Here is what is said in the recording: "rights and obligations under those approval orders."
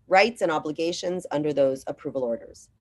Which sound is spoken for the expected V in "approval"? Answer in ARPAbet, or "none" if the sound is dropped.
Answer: V